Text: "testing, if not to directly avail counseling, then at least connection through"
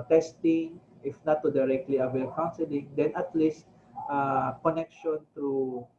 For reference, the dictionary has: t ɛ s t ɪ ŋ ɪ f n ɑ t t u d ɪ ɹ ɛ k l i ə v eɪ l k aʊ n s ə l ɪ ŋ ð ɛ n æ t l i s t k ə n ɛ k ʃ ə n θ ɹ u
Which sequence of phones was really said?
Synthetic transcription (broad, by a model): t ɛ s t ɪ ŋ ɪ f n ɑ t t u d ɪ ɹ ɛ k l i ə w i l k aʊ n s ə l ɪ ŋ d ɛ n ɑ t l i s t k ə n ɛ k ʃ ə n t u